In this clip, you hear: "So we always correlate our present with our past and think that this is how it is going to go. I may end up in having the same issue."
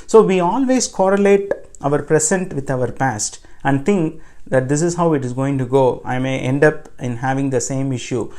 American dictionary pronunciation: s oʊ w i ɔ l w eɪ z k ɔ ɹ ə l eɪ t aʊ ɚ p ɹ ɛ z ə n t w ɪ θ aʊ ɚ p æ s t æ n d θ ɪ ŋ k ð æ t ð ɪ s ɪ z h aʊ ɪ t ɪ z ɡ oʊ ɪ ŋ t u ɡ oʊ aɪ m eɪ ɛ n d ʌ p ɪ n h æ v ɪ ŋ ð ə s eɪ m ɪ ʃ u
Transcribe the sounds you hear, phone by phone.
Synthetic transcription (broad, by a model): s oʊ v i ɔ l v eɪ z k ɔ ɹ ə l eɪ t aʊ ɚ p ɹ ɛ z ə n t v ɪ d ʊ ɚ p æ s t æ n d t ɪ ŋ k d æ t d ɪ s ɪ z h aʊ ɪ t ɪ z ɡ oʊ ɪ ŋ t u ɡ oʊ aɪ m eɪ ɛ n d ʌ p ɪ n h æ v ɪ ŋ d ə s eɪ m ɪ ʃ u